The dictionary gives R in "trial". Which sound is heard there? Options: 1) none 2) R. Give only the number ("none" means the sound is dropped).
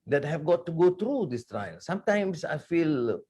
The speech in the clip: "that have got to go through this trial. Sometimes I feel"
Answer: 2